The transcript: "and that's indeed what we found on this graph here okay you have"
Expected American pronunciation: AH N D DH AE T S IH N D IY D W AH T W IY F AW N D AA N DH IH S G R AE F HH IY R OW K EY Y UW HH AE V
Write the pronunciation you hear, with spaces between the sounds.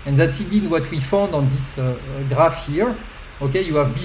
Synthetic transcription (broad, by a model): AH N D DH AE T S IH D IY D W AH T W IY F AW N D AA N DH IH S G R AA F HH IY R OW K EY Y UW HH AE V